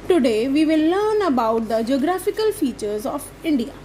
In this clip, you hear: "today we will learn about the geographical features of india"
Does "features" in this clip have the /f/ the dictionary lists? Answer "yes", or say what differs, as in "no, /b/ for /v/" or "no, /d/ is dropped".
yes